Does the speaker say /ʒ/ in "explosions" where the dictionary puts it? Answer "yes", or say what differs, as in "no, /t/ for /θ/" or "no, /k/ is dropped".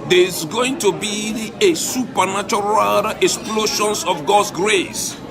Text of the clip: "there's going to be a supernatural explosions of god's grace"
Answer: no, /ʃ/ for /ʒ/